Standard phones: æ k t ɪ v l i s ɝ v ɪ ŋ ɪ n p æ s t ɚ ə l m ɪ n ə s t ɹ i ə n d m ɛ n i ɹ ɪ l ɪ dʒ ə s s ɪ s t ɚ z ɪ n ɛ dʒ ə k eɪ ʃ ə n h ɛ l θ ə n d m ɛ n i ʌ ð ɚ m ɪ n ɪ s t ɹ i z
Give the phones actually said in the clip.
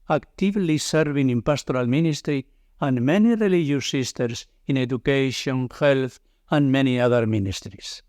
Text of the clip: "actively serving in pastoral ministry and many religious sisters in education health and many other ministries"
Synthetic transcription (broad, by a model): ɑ k t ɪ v l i s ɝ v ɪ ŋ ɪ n p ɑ s t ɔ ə l m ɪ n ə s t ɹ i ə n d m ɛ n i ɹ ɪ l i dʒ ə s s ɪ s t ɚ s ɪ n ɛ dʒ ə k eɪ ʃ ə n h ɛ l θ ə n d m ɛ n i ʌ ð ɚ m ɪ n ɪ s t ɹ i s